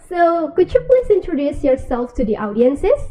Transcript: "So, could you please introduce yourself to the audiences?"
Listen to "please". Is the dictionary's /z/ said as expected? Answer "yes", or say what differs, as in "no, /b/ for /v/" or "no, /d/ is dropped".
no, /s/ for /z/